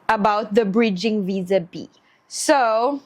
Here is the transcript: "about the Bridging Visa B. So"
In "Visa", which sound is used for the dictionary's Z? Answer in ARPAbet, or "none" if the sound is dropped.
Z